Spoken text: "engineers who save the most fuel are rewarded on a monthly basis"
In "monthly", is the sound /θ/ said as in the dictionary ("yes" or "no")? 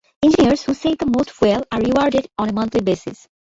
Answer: no